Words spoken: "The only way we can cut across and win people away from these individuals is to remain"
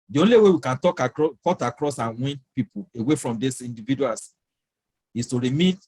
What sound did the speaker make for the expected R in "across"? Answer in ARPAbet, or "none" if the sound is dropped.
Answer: R